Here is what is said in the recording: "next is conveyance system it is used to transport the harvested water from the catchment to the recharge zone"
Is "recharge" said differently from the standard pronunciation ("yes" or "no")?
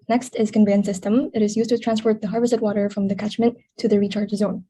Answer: no